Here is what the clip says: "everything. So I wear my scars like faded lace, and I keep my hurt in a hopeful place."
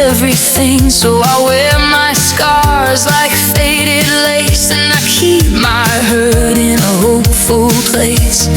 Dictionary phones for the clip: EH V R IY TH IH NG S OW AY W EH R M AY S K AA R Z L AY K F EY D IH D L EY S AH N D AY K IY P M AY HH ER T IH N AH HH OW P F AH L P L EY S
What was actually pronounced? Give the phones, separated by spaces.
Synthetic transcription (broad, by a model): EH V R IY TH IH NG S OW AY W EH R M AY S K AA R Z L AY K F EY D IH D L EY S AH N AY K IY P M AY HH ER T IH N AH HH OW P F AH L P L EY S